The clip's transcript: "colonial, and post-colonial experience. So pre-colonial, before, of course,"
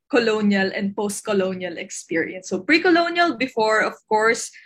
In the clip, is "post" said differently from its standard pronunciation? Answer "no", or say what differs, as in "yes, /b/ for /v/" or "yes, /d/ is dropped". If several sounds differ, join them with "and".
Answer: no